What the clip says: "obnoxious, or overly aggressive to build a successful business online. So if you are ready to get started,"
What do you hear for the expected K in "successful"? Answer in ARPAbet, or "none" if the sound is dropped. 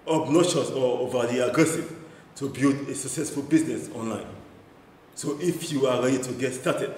K